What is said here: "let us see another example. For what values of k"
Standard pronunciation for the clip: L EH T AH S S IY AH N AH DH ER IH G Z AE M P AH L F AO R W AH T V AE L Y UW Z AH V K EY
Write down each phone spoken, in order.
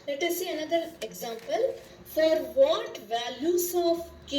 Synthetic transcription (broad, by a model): L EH T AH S S IY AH N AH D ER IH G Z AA M P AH L F AO R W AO T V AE L Y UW S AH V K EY